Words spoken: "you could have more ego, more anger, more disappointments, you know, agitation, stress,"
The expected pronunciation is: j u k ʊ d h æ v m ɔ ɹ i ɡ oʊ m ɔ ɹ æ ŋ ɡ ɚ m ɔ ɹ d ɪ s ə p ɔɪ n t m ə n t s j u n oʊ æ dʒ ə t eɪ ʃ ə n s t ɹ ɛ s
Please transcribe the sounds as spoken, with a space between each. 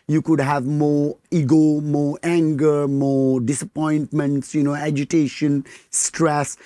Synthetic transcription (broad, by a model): j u k ʊ d h æ v m ɔ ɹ i ɡ oʊ m ɔ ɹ æ ŋ ɡ ɚ m ɔ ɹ d ɪ s ə p ɔɪ n t m ə n t s j u n oʊ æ dʒ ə t eɪ ʃ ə n s t ɹ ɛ s